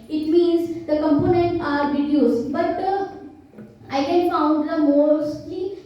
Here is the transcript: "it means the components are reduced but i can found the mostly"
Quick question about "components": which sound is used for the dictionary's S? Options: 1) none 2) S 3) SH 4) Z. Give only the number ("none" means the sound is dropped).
1